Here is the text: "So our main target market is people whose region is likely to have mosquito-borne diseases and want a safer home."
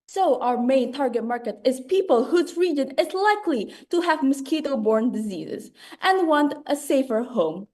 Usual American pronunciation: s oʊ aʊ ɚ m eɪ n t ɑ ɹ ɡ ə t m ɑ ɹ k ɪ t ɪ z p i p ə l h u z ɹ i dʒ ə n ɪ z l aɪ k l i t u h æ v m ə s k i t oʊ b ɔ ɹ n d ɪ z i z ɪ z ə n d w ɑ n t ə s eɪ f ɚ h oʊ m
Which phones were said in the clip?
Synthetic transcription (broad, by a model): s oʊ aʊ ɚ m eɪ n t ɑ ɹ ɡ ə t m ɑ ɹ k ɪ t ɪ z p i p ə l h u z ɹ i dʒ ə n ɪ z l aɪ k l i t u h æ v m ə s k i t oʊ b ɔ ɹ n d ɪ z i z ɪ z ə n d w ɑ n t ə s eɪ f ɚ h oʊ m